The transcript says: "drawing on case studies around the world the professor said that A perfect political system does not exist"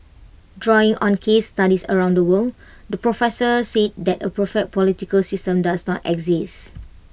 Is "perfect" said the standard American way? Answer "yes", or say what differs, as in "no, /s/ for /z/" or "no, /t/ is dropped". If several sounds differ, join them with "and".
no, /k/ is dropped